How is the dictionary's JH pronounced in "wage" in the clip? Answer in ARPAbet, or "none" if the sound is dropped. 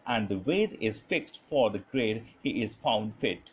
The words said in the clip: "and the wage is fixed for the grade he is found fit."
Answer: Z